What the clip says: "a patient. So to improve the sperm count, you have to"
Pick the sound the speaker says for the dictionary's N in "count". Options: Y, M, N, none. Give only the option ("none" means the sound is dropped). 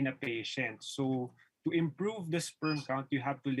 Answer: N